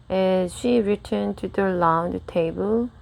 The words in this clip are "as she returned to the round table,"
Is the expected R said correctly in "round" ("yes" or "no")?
no